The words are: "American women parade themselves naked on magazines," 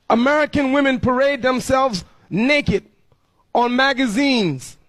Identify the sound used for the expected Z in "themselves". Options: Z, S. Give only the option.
Z